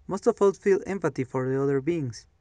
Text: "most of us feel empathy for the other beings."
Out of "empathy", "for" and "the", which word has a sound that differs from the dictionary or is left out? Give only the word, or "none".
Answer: empathy